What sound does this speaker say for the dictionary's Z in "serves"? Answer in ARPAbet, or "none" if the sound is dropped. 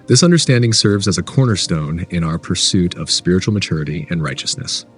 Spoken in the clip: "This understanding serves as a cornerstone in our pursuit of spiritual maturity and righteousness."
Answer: Z